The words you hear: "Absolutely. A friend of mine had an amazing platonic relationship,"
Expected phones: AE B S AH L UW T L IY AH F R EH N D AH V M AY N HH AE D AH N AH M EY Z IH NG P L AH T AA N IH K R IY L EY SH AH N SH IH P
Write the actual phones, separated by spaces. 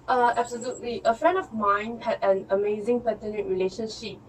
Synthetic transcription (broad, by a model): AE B S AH L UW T L IY AH F R EH N D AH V M AY N HH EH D AH N AH M EY Z IH NG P AH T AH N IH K R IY L EY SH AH N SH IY P